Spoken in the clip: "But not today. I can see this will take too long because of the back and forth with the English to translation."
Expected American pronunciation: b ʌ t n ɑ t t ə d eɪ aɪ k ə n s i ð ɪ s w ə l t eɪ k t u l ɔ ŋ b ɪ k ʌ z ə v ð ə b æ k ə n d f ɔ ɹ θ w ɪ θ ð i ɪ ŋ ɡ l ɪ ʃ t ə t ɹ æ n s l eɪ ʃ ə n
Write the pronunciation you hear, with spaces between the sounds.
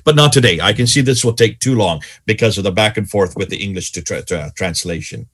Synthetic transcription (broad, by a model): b ʌ t n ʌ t t ə d eɪ aɪ k ə n s i ð ɪ s w ə l t eɪ k t u l ɔ ŋ b ɪ k ʌ z ə v ð ə b æ k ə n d f ɔ ɹ θ w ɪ ð i ɪ ŋ ɡ l ɪ ʃ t t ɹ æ n s l eɪ ʃ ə n